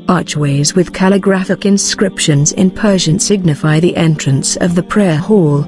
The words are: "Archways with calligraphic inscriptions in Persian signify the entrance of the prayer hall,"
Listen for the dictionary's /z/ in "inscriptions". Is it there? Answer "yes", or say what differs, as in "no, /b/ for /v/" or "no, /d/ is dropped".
yes